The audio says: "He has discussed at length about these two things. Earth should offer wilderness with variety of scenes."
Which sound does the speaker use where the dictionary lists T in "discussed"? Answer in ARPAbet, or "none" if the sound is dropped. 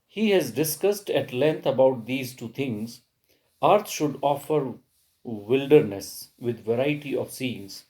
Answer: T